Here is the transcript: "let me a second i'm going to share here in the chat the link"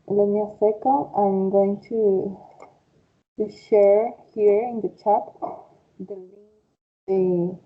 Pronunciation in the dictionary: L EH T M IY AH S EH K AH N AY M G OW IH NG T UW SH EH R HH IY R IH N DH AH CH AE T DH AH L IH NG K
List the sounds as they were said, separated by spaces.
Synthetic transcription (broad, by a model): L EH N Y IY AH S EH K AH AY M G OW IH NG T UW SH EH R HH IY R IH N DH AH CH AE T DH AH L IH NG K